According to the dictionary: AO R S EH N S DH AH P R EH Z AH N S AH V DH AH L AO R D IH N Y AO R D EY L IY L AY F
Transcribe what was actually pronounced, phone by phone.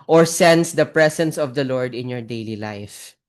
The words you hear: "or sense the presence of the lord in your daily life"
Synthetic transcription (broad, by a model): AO R S EH N S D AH P R EH S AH N S AH V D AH L AO R D IH N Y AO R D EY L IY L AY F